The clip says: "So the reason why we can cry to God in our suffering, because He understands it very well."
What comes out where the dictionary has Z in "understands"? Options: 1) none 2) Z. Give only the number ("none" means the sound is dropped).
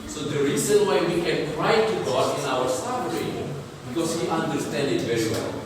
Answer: 1